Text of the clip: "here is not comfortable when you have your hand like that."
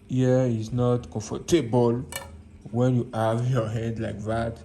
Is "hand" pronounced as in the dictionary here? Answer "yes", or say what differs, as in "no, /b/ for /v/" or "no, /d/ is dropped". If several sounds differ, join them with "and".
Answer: no, /n/ is dropped